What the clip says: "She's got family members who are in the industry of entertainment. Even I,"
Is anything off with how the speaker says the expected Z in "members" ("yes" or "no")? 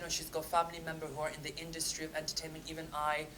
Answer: yes